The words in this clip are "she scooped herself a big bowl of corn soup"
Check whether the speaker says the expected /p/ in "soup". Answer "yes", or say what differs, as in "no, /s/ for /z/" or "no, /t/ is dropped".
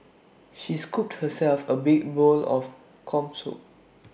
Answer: no, /p/ is dropped